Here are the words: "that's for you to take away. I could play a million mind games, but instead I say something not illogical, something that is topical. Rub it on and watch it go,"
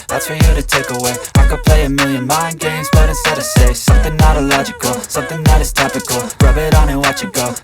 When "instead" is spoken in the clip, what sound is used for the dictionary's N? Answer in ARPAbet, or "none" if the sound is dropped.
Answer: none